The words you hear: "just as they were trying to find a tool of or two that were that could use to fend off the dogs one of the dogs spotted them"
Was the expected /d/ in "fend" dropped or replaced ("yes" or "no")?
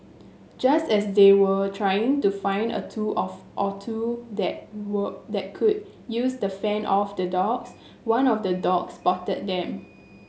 yes